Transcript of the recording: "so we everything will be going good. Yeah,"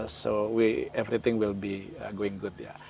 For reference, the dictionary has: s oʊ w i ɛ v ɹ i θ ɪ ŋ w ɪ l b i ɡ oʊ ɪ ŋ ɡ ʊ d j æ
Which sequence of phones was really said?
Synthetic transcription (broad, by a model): s oʊ w i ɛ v ɹ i t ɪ ŋ w ɪ l b i ɡ oʊ ɪ ŋ ɡ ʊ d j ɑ